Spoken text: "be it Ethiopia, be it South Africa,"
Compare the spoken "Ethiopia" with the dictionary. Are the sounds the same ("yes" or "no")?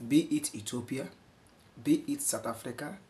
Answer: no